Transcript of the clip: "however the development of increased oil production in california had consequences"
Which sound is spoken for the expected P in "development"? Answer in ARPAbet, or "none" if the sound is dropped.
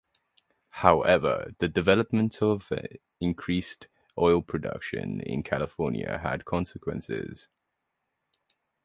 P